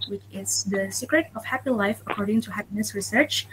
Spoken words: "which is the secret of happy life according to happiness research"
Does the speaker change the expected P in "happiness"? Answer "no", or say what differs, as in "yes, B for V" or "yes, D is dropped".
no